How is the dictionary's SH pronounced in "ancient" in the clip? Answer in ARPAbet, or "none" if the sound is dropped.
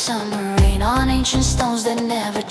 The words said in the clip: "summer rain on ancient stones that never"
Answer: SH